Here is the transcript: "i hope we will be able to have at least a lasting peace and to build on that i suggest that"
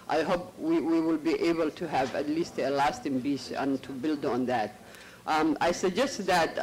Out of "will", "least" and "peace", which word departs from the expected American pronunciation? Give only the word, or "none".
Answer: peace